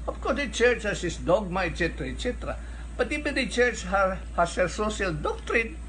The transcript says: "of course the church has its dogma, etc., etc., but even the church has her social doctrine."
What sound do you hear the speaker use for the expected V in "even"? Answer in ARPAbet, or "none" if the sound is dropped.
B